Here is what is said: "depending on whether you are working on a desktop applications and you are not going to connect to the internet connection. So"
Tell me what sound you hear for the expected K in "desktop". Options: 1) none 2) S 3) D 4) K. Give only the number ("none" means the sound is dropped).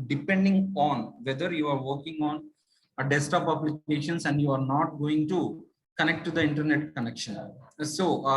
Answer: 1